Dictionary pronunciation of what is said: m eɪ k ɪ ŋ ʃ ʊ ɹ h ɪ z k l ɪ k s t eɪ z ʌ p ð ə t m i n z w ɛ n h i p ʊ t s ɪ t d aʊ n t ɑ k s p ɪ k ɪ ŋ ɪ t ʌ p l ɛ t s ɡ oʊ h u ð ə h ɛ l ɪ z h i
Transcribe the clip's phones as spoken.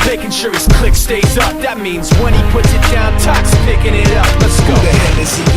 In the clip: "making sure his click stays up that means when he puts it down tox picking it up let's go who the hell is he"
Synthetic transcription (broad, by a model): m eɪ k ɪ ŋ ʃ ʊ ɹ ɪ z k l ɪ k s t eɪ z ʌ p ð ə t m i n z w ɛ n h i p ʊ t s ɪ t d aʊ n t ɑ k s p ɪ k ɪ ŋ ɪ t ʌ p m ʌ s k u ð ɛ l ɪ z